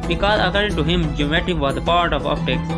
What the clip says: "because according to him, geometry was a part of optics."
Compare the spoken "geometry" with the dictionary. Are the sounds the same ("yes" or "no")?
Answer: no